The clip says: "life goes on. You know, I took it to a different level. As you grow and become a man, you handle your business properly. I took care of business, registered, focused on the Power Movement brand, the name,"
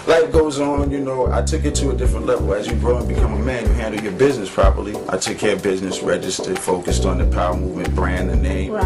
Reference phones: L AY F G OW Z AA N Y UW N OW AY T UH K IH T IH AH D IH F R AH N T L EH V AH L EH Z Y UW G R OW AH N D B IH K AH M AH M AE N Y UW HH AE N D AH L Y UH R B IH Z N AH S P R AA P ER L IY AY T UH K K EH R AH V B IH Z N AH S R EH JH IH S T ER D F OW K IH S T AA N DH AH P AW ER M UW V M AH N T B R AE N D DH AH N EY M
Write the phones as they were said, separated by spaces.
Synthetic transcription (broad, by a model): L AY G OW Z N Y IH N OW AY T UH K IH T IH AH D IH F R AH N T L EH V L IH Z Y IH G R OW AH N B IH K AH M AH M AE N Y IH HH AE N D L Y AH R B IH Z N AH S P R AA P ER L IY AY T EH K K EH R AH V B IH Z N AH S R EH JH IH S T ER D F OW K IH S T N DH AH P AW ER M UW V M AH N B R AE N DH AH N EY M